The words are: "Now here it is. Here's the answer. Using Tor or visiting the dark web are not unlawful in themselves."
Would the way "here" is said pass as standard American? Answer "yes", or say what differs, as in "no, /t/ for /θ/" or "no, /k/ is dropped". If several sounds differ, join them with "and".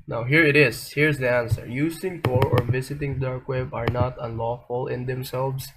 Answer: yes